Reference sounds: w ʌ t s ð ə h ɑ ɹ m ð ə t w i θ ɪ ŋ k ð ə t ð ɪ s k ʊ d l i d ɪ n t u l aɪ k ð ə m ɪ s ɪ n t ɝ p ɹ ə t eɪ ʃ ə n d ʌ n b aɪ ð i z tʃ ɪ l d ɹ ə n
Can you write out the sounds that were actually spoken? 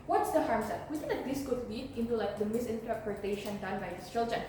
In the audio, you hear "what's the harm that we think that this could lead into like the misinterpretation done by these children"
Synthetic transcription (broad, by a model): w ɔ t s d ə h ɑ ɹ m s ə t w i s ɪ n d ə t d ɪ s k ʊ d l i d ɪ n t u l aɪ k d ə m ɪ s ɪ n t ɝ p ɹ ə t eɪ ʃ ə n d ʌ n b aɪ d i s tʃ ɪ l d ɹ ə n